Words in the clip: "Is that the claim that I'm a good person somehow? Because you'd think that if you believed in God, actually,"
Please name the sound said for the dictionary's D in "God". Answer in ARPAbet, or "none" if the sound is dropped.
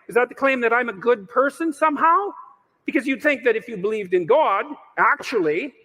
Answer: D